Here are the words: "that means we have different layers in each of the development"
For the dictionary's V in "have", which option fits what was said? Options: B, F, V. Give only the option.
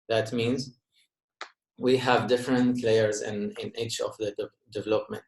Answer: V